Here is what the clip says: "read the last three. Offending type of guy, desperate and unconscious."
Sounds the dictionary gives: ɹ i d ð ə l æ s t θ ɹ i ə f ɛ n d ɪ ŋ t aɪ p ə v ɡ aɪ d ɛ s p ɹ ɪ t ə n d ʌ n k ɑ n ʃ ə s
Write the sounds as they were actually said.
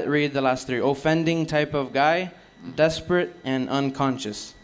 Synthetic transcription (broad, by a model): ɹ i d ð ə l æ s t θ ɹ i ə f ɛ n d ɪ ŋ t aɪ p ə v ɡ aɪ d ɛ s p ɹ ɪ t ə n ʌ n k ɑ n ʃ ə s